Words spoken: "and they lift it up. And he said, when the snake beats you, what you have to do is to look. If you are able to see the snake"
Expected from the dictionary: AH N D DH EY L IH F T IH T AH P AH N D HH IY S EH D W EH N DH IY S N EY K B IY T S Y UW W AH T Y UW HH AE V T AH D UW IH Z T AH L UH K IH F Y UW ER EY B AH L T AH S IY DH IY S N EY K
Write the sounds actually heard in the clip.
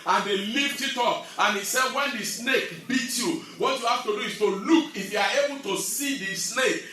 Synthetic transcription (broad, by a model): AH N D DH EY L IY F T IH T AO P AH N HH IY S EH D W EH N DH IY S N EY K B IY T Y UW W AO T Y UW HH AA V T AH D UW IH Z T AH L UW K IH F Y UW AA EY B AH L T AH S IY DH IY S N EY K